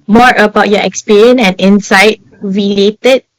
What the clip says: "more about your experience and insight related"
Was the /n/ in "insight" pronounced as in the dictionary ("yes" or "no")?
yes